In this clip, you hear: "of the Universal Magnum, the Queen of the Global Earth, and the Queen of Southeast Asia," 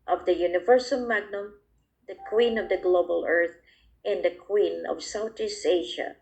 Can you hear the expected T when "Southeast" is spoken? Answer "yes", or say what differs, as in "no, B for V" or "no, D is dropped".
no, T is dropped